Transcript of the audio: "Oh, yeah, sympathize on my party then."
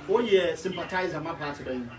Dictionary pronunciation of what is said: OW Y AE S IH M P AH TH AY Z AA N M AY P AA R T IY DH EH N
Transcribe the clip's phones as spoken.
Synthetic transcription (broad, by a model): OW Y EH S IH M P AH T AY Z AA M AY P AA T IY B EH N